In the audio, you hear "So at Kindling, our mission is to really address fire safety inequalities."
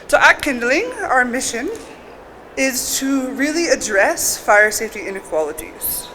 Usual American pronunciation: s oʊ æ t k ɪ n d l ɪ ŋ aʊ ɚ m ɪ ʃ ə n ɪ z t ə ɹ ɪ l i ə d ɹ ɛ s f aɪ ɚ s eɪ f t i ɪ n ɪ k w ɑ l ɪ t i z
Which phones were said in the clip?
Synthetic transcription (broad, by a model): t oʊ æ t k ɪ n d l ɪ ŋ aʊ ɚ m ɪ ʃ ə n ɪ z t ə ɹ ɪ l i ə d ɹ ɛ s f aɪ ɚ s eɪ f t i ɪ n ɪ k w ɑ l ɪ t i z